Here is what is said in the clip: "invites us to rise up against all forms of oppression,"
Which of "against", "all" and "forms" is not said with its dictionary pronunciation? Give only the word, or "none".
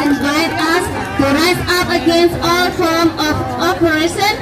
forms